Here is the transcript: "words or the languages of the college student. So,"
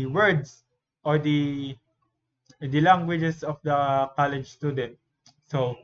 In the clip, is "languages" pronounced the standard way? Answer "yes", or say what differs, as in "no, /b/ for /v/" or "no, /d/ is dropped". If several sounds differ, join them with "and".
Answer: no, /s/ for /z/